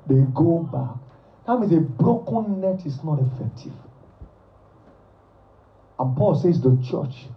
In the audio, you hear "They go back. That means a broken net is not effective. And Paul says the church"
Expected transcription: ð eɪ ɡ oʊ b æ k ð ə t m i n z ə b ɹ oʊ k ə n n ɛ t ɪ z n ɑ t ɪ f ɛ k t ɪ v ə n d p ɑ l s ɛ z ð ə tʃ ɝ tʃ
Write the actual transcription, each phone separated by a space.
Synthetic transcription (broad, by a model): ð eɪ ɡ oʊ b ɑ k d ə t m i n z ə b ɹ oʊ k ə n n ɛ t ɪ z n ɑ t ɪ f ɛ k t ɪ v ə n p ɑ l s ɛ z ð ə tʃ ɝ tʃ